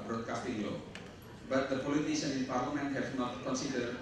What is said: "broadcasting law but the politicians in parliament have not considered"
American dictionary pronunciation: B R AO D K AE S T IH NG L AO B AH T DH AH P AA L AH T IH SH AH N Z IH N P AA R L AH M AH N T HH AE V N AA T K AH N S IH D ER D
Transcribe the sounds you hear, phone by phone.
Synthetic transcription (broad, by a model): B R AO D K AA S T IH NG L AO B AH T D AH P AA L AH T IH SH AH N IH N P AA R L AH M AH N T HH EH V N AA T K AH N S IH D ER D